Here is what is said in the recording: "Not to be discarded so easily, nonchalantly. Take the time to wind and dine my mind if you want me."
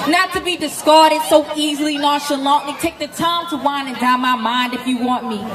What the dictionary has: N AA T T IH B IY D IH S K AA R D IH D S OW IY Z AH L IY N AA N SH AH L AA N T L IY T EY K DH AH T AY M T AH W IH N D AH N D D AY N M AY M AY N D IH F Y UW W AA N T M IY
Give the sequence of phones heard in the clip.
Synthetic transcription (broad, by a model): N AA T T IH B IY D IH S K AA R D IH D S OW IY Z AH L IY N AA SH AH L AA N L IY T EY K DH AH T AY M T AH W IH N AH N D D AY M AY M AY N D IH F Y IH W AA N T M IY